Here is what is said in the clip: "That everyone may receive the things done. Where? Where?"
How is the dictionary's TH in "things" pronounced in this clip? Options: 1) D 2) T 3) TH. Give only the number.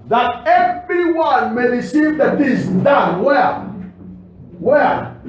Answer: 2